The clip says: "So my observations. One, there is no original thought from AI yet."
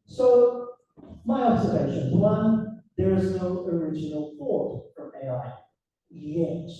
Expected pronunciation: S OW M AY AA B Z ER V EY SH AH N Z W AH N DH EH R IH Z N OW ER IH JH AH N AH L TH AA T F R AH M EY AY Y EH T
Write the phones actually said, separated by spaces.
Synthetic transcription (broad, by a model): S OW M AY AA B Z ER V EY SH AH N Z W AH N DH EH R IH Z N OW ER IH JH AH N AH L F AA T F R AH M EY AY Y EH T